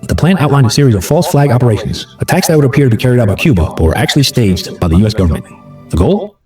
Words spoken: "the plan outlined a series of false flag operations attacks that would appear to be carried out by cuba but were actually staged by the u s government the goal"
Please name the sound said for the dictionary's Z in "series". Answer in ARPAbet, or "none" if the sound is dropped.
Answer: Z